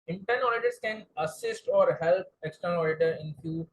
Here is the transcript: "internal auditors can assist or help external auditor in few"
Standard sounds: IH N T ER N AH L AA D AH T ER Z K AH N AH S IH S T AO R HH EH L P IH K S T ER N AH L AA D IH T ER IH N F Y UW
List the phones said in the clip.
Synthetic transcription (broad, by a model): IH N T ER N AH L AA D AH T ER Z K AH N AH S IH S T AO R HH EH L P IH K S T ER N AH L AA D IH T ER IH N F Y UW